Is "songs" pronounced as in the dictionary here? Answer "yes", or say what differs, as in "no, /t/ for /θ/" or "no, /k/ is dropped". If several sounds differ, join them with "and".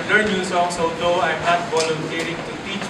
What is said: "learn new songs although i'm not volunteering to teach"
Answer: no, /s/ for /z/